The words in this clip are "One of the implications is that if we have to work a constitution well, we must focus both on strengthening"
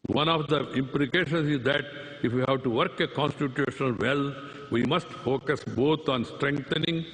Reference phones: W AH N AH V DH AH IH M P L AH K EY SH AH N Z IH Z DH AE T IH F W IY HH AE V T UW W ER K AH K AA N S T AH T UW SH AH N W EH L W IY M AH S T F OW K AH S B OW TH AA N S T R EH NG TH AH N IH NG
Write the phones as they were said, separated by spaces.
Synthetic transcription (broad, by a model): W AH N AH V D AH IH M P L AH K EY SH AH N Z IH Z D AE T IH F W IY HH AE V T UW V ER K AH K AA N S T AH T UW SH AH N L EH L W IY M AH S T F OW K AH S B OW T AA N S T R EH NG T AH N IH NG